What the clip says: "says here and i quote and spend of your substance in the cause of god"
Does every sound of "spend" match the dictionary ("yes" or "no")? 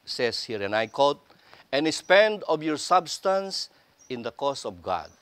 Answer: yes